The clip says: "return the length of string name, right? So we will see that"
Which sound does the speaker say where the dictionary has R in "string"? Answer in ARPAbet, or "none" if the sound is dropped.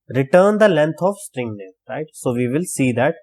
R